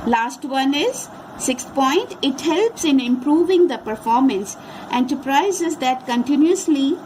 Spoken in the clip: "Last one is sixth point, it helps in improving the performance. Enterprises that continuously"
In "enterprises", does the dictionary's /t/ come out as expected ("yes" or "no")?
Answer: no